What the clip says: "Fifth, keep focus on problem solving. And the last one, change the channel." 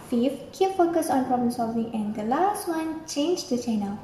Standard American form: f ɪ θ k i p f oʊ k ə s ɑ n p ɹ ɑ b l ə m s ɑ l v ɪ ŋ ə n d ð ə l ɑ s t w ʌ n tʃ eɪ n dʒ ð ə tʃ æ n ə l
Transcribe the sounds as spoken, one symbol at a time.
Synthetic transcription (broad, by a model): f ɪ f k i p f oʊ k ə s ɑ n p ɹ ɑ b l ə m s ɑ l v ɪ ŋ ə n d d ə l ɑ s t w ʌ n tʃ eɪ n dʒ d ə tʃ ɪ n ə